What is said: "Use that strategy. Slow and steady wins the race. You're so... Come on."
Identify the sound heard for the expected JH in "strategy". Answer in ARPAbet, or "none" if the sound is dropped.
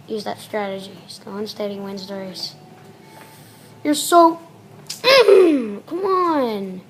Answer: JH